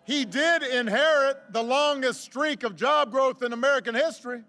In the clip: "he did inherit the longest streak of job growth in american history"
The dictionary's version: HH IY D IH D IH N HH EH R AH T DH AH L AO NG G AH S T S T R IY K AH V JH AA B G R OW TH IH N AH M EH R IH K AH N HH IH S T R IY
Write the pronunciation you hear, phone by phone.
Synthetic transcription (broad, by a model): HH IY D IH D IH N HH EH R AH T DH AH L AO NG G AH S T S T R IY K AH V JH AA B G R OW TH IH N AH M EH R IH K AH N HH IH S T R IY